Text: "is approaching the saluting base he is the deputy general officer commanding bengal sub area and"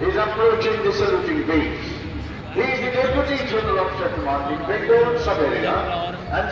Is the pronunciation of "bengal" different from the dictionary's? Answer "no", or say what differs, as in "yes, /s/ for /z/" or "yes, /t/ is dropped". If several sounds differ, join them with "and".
yes, /n/ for /l/